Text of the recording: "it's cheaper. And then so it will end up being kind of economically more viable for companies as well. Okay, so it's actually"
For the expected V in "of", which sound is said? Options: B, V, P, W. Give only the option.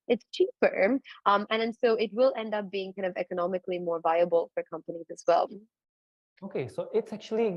V